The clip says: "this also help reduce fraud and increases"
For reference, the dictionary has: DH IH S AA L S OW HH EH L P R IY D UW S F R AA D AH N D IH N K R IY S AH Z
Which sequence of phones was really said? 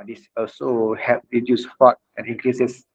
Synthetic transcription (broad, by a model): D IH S AA L S OW HH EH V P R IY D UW S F AA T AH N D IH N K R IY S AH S